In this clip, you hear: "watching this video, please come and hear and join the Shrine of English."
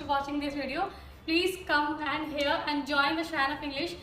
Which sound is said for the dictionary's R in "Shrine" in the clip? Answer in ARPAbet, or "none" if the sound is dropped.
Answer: none